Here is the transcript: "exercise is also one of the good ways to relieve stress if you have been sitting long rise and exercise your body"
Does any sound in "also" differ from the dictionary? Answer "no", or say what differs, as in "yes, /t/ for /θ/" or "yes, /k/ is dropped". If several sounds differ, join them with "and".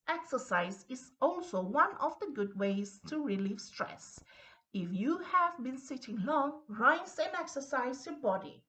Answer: no